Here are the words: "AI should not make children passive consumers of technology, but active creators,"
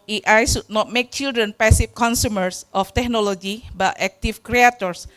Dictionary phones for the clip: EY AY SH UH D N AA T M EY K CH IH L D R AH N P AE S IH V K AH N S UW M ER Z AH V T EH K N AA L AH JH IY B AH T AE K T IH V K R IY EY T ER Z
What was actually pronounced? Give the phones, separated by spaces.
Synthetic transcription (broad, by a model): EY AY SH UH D N AA T M EY K CH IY L D R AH N P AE S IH F K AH N S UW M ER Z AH F T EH K N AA L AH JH IY B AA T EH K T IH F K R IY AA T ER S